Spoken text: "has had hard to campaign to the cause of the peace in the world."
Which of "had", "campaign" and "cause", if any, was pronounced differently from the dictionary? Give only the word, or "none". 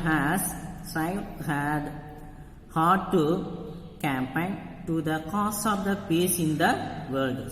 cause